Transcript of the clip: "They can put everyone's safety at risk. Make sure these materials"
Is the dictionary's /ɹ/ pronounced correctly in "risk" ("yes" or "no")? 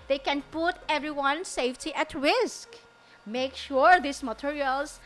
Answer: no